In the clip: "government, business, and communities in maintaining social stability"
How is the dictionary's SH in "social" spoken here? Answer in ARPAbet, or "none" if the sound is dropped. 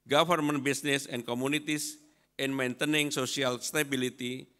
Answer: S